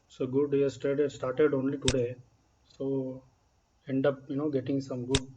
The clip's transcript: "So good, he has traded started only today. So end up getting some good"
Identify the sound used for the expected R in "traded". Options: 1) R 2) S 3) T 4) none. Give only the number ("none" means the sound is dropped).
4